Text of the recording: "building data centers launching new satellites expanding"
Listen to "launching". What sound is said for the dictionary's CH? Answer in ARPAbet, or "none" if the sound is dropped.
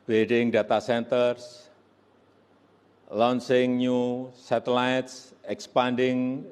S